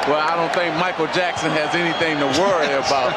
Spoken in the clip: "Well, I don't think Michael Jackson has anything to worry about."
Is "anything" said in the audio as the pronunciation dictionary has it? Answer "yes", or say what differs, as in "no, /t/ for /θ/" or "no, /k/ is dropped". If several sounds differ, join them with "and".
yes